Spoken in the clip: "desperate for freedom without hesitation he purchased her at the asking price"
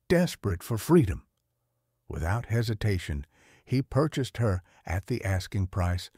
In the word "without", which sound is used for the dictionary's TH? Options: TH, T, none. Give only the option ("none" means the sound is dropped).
TH